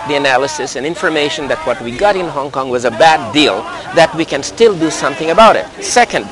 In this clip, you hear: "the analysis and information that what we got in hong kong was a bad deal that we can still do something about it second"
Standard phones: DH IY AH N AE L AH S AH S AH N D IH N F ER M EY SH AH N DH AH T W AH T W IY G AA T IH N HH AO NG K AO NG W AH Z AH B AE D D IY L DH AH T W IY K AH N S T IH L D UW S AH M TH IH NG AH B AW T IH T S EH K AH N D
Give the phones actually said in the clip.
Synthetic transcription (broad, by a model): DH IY AH N AE L AH S AH S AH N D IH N F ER M EY SH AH N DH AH T W AH T W IY G AA T IH N HH AO NG K AO NG W AH Z AH B AE D D IY L DH AH T W IY K AH N S T IH L D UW S AH M TH IH NG AH B AW T IH T S EH K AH N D